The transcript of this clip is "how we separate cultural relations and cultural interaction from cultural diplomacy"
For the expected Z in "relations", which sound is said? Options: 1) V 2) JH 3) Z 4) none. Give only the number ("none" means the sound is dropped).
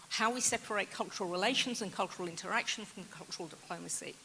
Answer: 3